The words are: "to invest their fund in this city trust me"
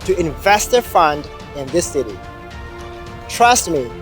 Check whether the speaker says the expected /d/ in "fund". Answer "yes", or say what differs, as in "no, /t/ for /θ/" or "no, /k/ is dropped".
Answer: yes